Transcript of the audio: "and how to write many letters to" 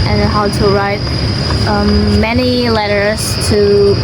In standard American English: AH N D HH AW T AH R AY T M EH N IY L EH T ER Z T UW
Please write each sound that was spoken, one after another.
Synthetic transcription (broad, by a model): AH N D HH AW T AH R AY T M EH N IY L EH T ER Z T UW